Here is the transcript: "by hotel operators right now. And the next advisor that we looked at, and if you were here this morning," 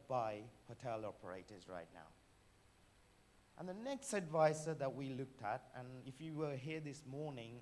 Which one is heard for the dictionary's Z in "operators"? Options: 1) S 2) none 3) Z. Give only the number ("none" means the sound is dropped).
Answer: 3